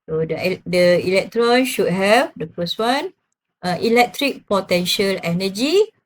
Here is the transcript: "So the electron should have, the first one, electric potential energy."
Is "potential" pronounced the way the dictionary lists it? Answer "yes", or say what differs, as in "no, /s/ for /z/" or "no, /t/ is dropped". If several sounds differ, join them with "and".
yes